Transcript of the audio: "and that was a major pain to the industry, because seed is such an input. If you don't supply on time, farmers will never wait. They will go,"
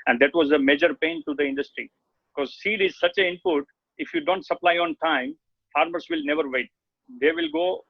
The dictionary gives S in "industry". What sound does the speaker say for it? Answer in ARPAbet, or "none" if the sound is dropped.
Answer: S